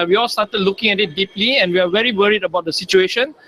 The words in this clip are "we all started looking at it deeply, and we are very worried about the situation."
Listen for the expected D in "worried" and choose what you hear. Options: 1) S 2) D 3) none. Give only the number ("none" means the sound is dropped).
2